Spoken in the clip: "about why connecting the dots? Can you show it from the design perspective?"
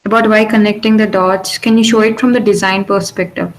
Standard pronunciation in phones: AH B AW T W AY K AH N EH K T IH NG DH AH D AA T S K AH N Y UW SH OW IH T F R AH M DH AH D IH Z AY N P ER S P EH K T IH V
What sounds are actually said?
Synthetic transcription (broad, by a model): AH B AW T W AY K AH N EH K T IH NG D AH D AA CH K AH N Y UW SH OW IH T F R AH M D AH D IH Z AY N P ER S P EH K T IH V